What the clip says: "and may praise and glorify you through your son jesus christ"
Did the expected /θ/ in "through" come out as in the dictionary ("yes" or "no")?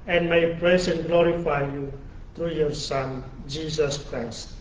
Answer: no